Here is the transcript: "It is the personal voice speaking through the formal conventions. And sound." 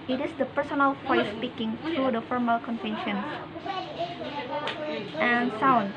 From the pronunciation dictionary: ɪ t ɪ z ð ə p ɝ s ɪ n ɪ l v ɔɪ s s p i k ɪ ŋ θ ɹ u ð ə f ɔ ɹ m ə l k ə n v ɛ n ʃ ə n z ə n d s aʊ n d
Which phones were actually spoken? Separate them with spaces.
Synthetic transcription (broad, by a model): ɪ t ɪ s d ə p ɝ s ɪ n ɪ l f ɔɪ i s p i k ɪ ŋ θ ɹ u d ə f ɔ ɹ m ə l k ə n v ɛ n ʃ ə n s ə n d s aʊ n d